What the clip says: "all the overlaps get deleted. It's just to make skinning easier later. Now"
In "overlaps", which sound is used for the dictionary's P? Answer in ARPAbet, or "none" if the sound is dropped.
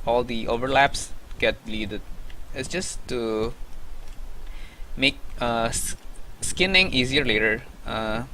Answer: P